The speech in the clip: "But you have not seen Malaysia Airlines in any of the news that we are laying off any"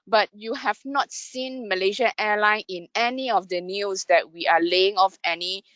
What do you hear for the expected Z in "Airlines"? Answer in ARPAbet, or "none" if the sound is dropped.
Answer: none